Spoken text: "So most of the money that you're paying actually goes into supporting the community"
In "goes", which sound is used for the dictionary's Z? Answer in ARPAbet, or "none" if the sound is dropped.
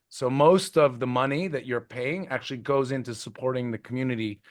Z